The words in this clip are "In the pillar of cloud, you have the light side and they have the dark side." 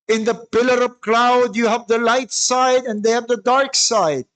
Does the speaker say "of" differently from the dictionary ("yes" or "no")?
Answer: yes